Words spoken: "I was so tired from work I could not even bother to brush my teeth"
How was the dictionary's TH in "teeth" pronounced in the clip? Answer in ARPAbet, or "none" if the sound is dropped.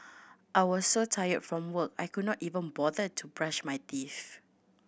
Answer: F